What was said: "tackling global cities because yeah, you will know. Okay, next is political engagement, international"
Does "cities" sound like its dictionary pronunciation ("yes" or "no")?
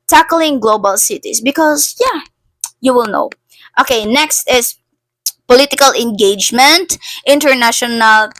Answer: no